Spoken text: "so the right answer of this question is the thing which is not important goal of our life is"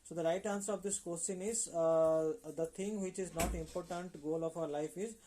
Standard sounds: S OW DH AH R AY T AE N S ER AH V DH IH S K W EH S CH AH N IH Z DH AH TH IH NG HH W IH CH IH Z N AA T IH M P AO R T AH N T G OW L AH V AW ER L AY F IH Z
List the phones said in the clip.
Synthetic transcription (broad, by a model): S OW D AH R AY T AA N S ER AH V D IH S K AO S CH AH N IH Z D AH T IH NG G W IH CH IH Z N AA T IH M P AO R T AH N T G OW L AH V AW ER L AY F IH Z